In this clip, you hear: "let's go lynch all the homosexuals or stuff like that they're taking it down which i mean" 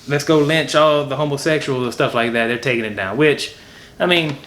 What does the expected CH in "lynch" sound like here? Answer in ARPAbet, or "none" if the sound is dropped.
CH